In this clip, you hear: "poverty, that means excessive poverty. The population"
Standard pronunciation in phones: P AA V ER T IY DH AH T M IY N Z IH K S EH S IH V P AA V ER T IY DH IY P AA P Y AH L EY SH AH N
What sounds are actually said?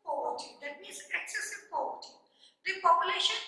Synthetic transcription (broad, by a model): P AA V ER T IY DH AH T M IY Z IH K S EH S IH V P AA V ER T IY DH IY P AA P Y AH L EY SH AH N